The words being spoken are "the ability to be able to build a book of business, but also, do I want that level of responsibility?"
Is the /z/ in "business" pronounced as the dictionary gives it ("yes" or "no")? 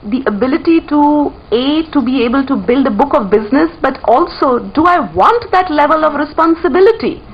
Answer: yes